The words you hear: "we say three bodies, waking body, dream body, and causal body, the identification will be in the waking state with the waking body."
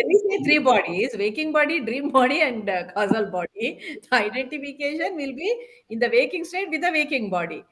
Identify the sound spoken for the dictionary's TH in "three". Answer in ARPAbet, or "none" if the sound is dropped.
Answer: T